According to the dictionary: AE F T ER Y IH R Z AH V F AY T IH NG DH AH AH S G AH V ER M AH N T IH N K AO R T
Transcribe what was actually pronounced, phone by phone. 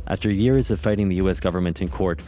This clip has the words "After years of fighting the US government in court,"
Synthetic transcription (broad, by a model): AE F T ER Y IH R Z AH V F AY T IH NG DH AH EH S G AH V ER M AH N T IH N K AO R T